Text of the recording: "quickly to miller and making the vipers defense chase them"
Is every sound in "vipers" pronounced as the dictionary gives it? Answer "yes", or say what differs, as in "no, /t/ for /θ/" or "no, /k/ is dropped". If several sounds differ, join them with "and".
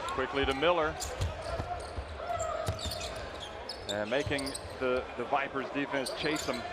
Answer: yes